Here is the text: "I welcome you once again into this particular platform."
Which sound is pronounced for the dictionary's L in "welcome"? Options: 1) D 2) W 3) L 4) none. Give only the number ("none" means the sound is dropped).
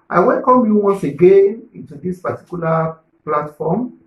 3